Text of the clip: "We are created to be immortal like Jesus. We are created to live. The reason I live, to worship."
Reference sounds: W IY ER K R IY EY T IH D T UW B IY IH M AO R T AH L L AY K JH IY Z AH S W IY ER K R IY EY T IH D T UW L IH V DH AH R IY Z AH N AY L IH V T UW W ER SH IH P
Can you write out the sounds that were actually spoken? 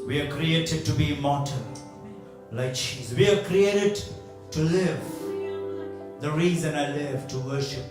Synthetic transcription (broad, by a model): W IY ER K R IY EY T IH D T UW B IY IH M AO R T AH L L AY K CH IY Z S W IY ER K R IY EY T IH D T UW L IH V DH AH R IY Z AH N AY L IH V T UW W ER SH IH P